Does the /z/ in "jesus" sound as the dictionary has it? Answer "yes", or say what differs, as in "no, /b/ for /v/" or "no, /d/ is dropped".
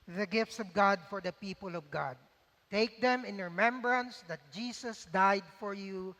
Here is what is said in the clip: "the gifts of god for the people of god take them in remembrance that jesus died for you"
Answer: no, /s/ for /z/